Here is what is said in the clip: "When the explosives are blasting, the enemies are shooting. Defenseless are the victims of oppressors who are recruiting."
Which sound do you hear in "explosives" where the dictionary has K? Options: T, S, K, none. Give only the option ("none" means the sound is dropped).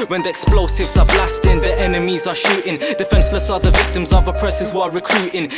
K